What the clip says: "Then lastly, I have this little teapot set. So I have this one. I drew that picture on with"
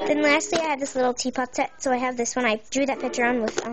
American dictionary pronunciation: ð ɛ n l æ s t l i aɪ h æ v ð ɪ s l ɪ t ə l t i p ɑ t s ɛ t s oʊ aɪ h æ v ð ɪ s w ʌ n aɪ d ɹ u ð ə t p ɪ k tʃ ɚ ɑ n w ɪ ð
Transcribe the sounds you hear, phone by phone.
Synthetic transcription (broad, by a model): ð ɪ n l æ s t l i aɪ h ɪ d ð ɪ s l ɪ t l t i p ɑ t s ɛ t s oʊ aɪ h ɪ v ð ɪ s w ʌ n aɪ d u ð ə t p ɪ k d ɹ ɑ n w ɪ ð